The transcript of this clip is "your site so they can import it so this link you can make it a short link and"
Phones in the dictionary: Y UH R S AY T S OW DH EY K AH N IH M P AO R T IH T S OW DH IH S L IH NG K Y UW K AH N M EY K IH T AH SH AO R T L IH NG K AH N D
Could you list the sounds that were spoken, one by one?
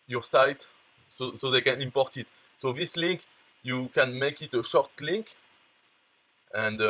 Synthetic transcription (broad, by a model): Y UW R S AY T S OW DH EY K AH N IH M P AO R T IH T S OW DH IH S L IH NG K Y UW K AH N M EY K IH T AH SH AO R T L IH NG K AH N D